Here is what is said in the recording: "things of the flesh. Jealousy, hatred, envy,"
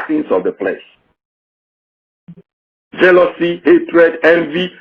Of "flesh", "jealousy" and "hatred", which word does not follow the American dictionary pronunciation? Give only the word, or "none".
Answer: flesh